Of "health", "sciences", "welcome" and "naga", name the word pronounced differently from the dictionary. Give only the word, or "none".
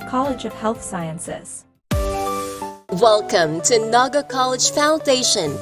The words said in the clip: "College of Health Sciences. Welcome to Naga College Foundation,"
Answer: none